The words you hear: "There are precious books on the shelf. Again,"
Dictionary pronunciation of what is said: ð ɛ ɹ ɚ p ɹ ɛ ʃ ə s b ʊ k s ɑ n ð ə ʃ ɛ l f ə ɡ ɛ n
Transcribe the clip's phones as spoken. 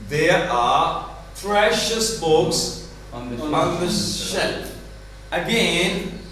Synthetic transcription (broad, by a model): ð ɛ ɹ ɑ p ɹ ɛ ʃ ə s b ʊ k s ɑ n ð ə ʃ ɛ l ə ɡ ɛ n